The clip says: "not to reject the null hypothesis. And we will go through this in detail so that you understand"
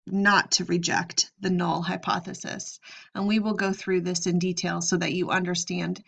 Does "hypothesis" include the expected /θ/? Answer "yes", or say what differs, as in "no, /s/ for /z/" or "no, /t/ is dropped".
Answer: yes